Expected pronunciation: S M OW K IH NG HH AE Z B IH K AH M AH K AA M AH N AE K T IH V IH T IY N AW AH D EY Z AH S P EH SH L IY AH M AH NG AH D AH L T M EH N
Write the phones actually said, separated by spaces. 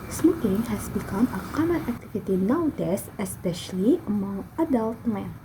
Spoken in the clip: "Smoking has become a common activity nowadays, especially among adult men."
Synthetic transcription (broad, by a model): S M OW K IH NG HH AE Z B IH K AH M AH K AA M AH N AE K T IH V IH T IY N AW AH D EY S AH S P EH SH L IY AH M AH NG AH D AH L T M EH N